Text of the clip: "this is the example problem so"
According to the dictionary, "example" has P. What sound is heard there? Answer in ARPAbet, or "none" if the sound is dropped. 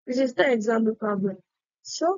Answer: none